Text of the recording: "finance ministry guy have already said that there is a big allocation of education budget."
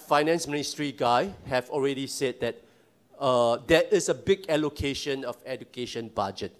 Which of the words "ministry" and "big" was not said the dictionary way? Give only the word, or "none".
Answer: none